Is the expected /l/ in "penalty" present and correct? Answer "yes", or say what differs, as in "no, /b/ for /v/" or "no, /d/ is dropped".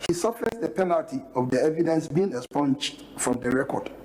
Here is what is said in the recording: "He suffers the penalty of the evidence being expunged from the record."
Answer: yes